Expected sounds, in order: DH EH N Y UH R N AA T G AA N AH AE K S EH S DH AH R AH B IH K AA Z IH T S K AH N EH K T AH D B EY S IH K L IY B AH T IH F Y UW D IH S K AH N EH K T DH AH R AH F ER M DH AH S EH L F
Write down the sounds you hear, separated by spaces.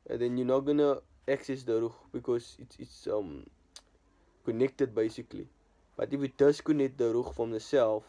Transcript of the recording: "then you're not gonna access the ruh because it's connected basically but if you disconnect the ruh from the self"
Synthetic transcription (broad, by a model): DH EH N Y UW N AA T G AA N AH AE K S EH S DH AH R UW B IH K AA S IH T S K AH N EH K T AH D B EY S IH K L IY B AH T IH F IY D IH S K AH N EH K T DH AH R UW F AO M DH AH S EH L F